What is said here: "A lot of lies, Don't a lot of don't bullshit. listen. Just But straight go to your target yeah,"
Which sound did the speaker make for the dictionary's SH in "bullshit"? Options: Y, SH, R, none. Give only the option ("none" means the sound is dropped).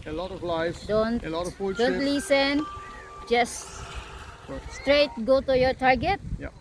none